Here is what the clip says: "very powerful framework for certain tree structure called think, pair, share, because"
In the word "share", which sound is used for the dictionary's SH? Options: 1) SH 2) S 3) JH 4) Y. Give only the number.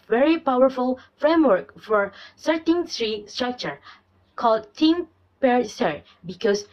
2